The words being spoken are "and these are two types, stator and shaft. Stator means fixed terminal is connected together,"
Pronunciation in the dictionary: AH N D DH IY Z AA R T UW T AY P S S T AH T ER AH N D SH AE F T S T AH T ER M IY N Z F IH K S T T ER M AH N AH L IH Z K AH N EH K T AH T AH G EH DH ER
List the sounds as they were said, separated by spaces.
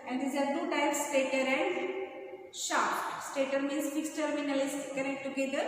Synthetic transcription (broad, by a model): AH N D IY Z AA R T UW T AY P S S T AH T ER AH N D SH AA T S T AH T ER M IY N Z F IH K S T T ER M AH N AH L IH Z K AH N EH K T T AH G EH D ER